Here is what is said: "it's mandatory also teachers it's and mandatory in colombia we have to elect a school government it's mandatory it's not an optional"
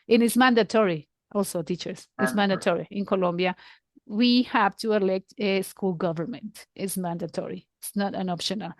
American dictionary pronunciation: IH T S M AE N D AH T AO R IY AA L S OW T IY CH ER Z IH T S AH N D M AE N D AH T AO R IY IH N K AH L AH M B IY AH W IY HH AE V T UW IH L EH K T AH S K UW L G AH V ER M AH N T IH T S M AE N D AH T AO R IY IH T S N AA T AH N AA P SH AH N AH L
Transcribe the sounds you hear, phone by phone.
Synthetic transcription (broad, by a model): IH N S M AE N D AH T AO R IY AA L S OW T IY CH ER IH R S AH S M AE N D AH T AO R IY IH N K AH L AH M B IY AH W IY HH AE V T UW IH L EH K T AH S K UW L G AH V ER M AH N T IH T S M AE N D AH T AO R IY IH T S N AA T AH N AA P SH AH N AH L